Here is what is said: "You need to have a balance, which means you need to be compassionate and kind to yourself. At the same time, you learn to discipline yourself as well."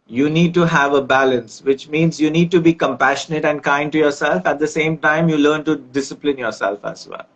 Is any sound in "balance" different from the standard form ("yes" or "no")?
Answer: no